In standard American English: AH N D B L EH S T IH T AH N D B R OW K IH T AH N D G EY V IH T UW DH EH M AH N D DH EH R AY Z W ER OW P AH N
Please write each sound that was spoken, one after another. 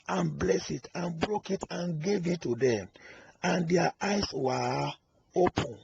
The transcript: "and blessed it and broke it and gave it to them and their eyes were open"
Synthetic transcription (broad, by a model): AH N B L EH S IH T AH N B R OW K IH T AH N G EY V IH T UW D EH M AH N D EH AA AY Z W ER OW P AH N